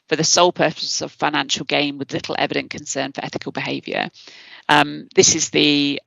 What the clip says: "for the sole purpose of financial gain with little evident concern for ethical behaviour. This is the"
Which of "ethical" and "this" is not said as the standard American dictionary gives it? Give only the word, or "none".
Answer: none